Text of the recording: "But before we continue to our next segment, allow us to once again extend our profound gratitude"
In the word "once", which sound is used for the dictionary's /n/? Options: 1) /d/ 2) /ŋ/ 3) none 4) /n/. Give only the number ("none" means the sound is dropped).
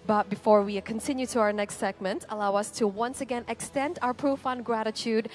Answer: 4